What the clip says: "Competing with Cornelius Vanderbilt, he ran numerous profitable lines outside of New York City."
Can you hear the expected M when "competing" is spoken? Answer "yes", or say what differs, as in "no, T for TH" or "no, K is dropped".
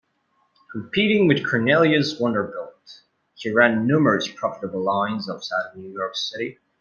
no, M is dropped